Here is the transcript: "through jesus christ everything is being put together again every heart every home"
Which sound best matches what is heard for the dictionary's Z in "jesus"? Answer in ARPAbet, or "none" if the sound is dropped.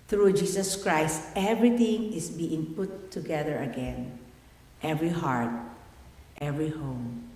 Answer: S